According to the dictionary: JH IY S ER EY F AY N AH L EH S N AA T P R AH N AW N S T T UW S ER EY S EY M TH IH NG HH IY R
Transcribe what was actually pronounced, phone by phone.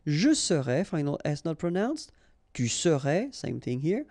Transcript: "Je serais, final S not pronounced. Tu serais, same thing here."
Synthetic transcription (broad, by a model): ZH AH S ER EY F AY N AH L EH S N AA T P R AH N AW N S T T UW S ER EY S EY M TH IH NG HH IY R